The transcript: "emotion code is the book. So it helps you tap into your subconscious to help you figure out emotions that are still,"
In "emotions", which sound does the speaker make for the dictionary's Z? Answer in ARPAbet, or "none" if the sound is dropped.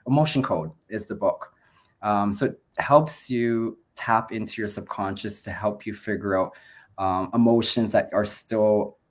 Z